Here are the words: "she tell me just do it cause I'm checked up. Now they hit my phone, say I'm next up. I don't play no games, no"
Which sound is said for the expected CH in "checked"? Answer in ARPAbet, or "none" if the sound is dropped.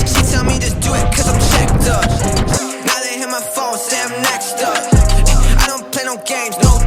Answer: SH